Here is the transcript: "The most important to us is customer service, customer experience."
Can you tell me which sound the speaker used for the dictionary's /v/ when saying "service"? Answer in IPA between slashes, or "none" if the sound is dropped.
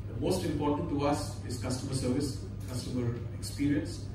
/v/